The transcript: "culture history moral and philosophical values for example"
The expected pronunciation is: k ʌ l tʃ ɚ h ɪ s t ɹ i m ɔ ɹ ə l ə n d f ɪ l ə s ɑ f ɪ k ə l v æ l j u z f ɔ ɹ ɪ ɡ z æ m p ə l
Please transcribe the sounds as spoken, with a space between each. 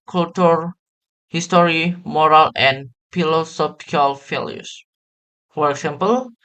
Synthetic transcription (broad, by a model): k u l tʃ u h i s t ɹ i m ɔ ɹ ə l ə n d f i l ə s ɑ p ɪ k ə l f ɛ l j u s f ɔ ɹ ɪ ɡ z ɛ m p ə l